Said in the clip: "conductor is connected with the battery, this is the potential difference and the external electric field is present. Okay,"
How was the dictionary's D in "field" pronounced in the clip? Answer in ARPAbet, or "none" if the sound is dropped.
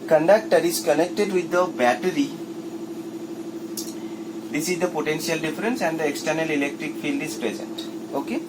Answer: D